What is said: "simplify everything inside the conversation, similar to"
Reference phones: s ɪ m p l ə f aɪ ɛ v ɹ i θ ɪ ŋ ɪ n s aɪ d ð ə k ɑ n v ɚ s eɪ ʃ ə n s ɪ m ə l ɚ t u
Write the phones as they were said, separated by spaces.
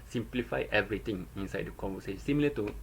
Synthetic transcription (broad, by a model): s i m p l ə f aɪ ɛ v ɹ i t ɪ ŋ ɪ n s aɪ d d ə k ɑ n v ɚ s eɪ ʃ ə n s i m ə l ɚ t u